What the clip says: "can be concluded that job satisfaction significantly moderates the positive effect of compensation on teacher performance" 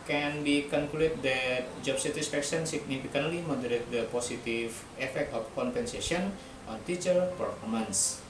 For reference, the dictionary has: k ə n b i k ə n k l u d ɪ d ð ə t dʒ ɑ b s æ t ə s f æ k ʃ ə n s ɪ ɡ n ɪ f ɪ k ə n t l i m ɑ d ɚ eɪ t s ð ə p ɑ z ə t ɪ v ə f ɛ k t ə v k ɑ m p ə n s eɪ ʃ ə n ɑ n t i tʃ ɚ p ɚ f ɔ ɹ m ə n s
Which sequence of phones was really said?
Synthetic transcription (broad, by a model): k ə n b i k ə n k u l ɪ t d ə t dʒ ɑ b s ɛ t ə s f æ k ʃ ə n s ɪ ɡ n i f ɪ k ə n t l i m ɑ d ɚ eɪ t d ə p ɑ s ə t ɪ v ə f ɛ k t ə f k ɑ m p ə n s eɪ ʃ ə n ɑ n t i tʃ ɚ p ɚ f ɔ ɹ m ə n s